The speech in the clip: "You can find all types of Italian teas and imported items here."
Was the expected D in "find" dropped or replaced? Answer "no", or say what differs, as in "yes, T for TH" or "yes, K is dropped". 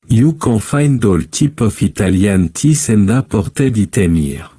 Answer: no